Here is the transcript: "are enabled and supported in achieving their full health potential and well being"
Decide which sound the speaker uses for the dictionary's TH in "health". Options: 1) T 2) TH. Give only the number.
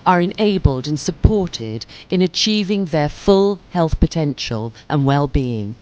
2